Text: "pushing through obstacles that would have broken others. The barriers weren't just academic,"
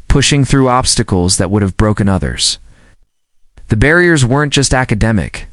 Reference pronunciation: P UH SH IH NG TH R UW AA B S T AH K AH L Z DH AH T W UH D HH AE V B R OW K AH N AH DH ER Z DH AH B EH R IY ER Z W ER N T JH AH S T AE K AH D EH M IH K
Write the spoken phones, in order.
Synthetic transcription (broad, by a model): P UH SH IH NG TH R UW AA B S T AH K L Z DH AH T W UH D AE V B R OW K AH N AH DH ER Z DH AH B EH R IY ER Z W ER N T JH AH S T AE K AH D EH M IH K